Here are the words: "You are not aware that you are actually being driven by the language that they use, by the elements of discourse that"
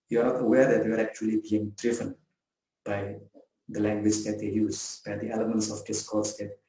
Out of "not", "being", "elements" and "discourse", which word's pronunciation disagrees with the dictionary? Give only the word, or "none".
none